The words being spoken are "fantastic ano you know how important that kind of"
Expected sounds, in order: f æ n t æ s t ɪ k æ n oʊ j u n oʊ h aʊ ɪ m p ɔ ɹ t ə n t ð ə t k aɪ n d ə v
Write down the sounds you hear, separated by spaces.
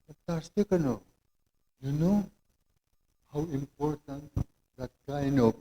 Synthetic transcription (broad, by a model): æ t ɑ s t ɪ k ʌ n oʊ j u n oʊ h aʊ ɪ m p ɔ ɹ t ə n t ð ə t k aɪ n ə